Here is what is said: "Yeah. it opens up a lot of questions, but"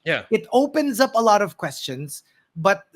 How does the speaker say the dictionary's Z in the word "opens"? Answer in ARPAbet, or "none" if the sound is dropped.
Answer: Z